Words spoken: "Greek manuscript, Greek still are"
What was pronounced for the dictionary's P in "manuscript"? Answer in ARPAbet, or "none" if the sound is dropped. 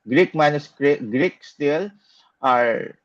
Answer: none